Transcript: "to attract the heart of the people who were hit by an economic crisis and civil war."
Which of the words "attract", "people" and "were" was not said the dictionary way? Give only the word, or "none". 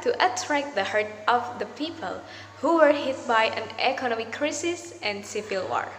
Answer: none